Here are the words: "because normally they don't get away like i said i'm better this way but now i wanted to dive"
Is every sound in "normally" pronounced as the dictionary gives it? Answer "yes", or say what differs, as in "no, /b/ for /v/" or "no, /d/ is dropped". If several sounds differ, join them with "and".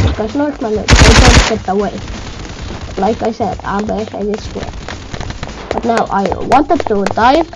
no, /n/ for /l/